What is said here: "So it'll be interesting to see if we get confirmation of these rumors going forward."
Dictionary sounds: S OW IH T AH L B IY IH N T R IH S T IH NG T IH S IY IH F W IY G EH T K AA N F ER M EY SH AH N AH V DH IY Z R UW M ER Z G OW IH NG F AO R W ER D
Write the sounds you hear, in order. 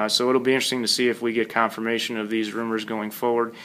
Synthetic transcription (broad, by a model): S OW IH T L B IY IH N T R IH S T IH NG T IH S IY IH F W IY G EH T K AA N F ER M EY SH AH N AH V DH IY Z R UW M ER Z G OW IH NG F AO R W ER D